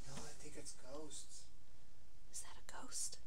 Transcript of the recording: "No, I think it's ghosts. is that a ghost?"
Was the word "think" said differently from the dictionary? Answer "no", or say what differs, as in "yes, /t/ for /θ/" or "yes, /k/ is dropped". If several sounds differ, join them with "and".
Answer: yes, /t/ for /θ/ and /ŋ/ is dropped